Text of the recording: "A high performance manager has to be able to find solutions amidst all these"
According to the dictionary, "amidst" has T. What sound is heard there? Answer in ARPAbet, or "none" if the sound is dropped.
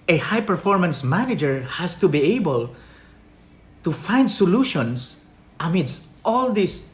T